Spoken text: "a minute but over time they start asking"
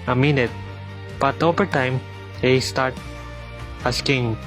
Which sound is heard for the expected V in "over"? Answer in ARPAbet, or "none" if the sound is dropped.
P